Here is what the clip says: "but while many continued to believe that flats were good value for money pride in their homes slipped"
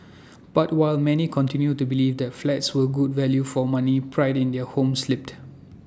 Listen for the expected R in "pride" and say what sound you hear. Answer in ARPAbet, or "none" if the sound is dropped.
R